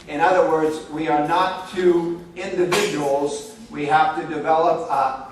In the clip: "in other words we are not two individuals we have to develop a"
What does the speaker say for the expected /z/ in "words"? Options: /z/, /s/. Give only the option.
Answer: /z/